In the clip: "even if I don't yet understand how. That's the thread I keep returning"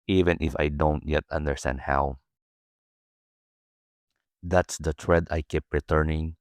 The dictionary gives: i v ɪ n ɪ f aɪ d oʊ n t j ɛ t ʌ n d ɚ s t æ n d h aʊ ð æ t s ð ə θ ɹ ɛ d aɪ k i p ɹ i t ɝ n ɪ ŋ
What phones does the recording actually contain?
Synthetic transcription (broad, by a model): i v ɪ n ɪ f aɪ d oʊ n t j ɛ t ʌ n d ɚ s t æ n d h aʊ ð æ t s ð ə t ɹ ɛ d aɪ k i p ɹ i t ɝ n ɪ ŋ